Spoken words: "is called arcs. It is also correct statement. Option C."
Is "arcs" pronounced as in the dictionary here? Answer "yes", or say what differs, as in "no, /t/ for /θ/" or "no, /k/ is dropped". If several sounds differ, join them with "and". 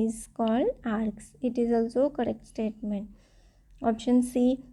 yes